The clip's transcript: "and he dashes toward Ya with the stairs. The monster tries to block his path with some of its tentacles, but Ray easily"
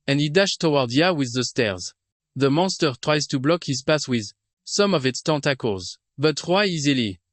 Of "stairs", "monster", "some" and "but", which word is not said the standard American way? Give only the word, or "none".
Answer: none